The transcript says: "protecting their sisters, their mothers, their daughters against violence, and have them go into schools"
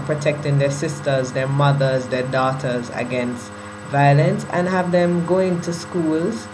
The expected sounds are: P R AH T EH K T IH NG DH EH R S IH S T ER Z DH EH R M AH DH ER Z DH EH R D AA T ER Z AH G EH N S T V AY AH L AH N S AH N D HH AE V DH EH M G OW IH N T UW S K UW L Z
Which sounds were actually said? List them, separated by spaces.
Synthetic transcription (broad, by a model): P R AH T EH K T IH NG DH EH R S IH S T ER Z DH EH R M AH DH ER Z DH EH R D AA T ER Z AH G EH N S T V AY AH L AH N S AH N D HH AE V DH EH M G OW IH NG T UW S K UW L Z